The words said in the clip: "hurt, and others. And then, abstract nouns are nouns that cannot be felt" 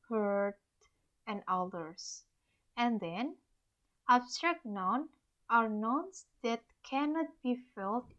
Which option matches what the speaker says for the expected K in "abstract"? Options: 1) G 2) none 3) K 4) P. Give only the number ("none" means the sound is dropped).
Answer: 3